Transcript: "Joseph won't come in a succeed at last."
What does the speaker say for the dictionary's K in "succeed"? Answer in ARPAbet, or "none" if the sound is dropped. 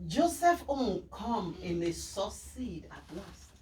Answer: none